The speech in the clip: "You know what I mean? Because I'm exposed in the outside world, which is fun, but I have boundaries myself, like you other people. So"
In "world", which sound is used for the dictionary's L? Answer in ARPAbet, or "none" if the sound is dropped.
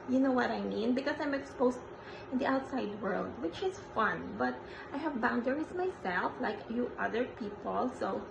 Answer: L